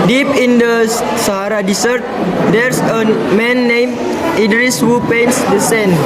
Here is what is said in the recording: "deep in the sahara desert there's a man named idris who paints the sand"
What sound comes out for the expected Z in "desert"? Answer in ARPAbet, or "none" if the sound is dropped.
S